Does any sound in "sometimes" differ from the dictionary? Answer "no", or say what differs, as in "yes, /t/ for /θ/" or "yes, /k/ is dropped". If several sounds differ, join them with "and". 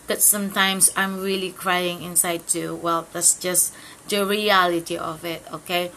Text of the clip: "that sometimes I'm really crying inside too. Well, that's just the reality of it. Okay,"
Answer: yes, /s/ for /z/